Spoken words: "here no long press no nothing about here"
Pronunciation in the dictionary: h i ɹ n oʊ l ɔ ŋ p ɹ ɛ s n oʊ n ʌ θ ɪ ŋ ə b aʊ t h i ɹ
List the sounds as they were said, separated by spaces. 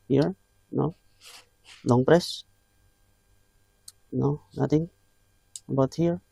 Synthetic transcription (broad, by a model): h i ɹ n oʊ l ɔ ŋ p ɹ ɛ s n oʊ n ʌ t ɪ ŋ b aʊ t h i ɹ